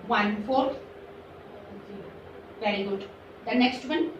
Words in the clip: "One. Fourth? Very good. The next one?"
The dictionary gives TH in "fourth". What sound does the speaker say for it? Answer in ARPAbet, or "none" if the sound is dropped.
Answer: S